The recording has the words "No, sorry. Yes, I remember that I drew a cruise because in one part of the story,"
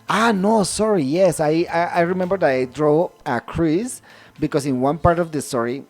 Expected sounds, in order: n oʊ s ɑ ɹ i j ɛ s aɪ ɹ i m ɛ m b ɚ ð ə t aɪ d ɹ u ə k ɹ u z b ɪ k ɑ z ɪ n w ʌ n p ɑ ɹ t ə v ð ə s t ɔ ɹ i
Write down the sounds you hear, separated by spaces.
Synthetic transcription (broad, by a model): n oʊ s ɑ ɹ i j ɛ s aɪ ɹ i m ɛ m b ɚ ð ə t aɪ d ɹ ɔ ə k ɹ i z b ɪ k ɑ s ɪ n w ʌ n p ɑ ɹ t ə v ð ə s t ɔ ɹ i